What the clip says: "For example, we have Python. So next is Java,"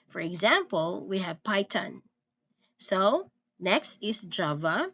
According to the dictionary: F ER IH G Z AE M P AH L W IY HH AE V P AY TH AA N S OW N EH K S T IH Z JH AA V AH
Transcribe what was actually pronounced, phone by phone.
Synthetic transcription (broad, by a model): F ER IH G Z AE M P AH L W IY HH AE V P AY T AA N S OW N EH K S T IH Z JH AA V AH